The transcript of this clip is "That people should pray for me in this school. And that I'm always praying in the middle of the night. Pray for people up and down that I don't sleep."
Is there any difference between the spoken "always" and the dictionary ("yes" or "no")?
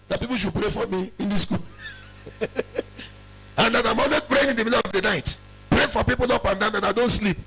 yes